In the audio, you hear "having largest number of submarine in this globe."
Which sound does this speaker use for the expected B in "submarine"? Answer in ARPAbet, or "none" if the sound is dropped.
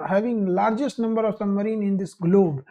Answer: none